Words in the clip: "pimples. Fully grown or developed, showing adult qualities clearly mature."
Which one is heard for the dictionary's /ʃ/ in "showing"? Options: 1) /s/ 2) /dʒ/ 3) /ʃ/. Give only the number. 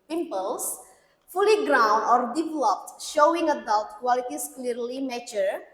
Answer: 3